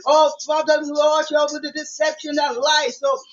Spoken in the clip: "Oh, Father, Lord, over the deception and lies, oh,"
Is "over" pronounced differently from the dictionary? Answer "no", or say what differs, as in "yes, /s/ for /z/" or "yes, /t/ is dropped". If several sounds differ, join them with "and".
yes, /v/ is dropped